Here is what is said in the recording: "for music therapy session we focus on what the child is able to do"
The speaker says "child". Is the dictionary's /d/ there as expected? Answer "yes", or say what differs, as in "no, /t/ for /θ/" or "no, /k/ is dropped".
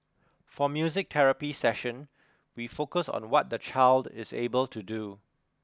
yes